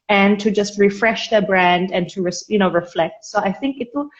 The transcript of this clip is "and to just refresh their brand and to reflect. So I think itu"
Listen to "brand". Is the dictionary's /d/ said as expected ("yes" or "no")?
yes